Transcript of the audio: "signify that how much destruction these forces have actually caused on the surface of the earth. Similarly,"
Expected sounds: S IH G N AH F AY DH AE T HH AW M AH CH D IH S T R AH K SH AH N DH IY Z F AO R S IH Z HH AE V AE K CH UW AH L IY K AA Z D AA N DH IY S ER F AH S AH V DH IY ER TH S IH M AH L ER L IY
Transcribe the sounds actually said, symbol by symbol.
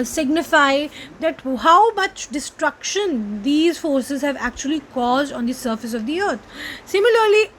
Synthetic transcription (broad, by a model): S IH G N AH F AY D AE T HH AW M AH CH D IH S T R AH K SH AH N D IY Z F AO R S IH Z HH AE V AE K CH UW AH L IY K AA Z D AA N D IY S ER F AH S AH V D IY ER T S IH M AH L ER L IY